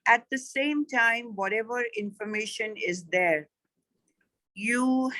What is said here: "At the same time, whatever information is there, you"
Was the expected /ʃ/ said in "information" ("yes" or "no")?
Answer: yes